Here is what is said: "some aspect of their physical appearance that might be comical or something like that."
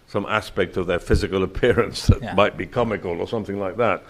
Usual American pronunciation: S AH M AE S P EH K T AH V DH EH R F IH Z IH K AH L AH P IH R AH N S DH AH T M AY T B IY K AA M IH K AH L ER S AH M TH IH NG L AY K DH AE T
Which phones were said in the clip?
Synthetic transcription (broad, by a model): S AH M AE S P EH K T AH V DH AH R F IH Z IH K AH L AH P IH R AH N S DH AH T M AY T B IY K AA M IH K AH L ER S AH M TH IH NG L AY K DH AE T